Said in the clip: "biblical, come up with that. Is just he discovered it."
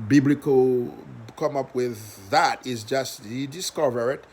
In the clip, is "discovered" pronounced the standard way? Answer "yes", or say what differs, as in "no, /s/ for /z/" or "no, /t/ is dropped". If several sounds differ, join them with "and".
yes